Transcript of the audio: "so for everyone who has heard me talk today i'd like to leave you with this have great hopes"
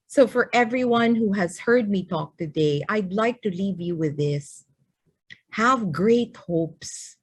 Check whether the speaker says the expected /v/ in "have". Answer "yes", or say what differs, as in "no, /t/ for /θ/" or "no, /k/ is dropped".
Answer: yes